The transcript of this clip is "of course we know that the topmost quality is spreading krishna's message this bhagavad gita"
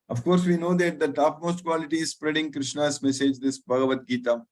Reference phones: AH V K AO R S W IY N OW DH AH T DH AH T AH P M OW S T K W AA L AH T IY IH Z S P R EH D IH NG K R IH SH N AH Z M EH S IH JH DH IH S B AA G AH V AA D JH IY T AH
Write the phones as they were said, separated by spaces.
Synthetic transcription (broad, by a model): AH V K AO R S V IY N OW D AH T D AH T AH P M OW S T K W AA L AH T IY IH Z S P R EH D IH NG K R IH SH N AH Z M EH S IH JH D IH S B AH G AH V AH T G IY T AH